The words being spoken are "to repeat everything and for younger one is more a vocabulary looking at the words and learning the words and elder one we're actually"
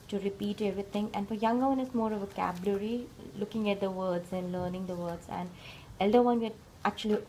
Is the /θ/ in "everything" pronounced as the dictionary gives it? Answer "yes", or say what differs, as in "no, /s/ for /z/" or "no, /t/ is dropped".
no, /t/ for /θ/